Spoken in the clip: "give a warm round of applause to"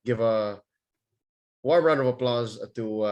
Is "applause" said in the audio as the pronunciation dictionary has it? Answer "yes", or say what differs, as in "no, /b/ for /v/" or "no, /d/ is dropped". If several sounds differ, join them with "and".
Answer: yes